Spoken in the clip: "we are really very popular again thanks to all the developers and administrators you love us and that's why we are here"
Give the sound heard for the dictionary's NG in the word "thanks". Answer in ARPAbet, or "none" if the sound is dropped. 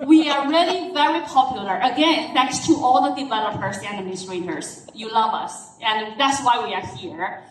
none